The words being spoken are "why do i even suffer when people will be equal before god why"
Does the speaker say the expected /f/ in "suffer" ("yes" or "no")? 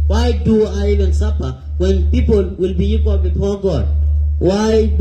no